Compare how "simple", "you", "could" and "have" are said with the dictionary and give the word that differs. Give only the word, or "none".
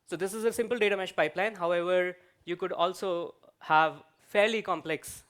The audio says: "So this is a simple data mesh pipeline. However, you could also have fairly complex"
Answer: none